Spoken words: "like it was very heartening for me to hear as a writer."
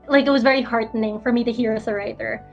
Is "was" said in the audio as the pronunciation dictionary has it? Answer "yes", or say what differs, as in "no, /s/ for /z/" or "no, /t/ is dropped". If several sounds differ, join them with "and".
yes